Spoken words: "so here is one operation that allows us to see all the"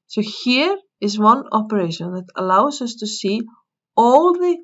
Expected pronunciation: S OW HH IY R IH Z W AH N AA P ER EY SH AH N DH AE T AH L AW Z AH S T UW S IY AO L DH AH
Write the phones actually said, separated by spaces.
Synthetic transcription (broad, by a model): S OW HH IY R IH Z W AH N AA P ER EY SH AH N DH AE T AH L AW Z AH S T UW S IY AO L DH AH